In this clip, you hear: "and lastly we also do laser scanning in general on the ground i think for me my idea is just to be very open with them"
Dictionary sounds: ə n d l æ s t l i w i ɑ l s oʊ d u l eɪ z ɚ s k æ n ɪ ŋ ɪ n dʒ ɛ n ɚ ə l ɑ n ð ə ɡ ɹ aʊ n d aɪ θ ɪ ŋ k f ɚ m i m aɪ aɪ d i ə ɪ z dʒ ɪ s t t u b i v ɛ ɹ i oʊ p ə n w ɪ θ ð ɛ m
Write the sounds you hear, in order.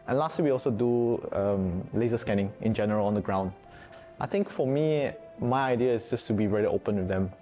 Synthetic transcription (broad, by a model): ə n l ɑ s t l i w i ɑ l s oʊ d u l eɪ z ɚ s k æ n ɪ ŋ ɪ n dʒ ɛ n ɚ ə l ɑ n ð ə ɡ ɹ aʊ n d aɪ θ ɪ ŋ k f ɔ m i m aɪ aɪ d i ə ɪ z dʒ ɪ s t t u b i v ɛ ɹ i oʊ p ə n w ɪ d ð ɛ m